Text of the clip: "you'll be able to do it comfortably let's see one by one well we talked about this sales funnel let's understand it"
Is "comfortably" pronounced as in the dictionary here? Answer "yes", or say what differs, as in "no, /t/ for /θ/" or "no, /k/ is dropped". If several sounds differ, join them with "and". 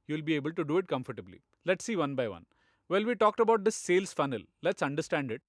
yes